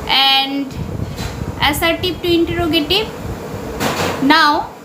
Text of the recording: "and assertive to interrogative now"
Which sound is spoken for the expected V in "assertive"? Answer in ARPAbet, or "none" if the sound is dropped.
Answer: P